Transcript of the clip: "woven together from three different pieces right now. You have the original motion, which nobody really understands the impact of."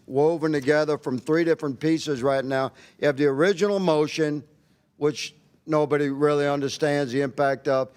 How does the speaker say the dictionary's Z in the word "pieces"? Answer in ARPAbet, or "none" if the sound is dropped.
Z